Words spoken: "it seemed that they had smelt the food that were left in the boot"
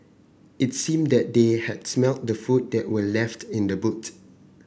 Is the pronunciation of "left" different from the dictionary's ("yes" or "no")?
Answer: no